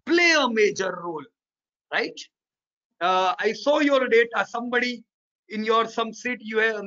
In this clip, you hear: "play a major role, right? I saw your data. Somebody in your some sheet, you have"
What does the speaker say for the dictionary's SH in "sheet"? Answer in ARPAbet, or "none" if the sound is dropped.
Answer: S